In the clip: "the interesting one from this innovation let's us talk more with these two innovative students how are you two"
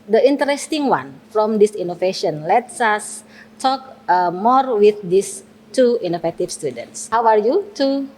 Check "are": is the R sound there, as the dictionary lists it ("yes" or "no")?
yes